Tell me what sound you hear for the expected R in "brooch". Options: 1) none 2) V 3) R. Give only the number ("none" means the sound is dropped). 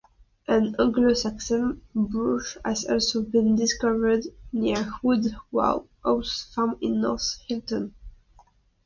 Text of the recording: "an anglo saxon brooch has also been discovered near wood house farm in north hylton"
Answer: 1